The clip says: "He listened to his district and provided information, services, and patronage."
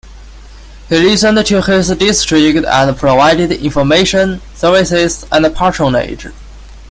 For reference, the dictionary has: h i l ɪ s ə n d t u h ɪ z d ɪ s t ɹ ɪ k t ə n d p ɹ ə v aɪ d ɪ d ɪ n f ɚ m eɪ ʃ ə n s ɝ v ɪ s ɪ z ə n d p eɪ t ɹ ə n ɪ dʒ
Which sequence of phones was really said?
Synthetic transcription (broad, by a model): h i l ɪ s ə n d t u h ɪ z d ɪ s t ɹ ɪ k t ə n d p ɹ ə v aɪ d ɪ d ɪ n f ɚ m eɪ ʃ ə n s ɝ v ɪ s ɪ s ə n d p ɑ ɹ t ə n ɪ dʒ